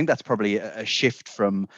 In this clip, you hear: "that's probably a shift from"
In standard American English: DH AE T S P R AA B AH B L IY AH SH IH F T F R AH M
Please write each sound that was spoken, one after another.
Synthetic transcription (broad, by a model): DH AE T S P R AA B AH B L IY AH SH IH F T F R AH M